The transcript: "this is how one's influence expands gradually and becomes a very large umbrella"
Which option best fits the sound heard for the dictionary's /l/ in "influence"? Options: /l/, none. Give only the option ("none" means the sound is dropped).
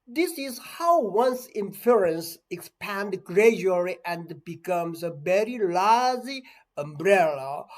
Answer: none